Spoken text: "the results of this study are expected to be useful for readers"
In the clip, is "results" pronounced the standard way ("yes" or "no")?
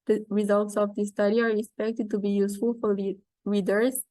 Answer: yes